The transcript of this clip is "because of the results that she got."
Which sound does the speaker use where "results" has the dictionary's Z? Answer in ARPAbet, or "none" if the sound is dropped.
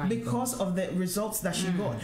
Z